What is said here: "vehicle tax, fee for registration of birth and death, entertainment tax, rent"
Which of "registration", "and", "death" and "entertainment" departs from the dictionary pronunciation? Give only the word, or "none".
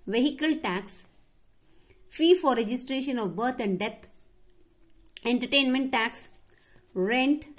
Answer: death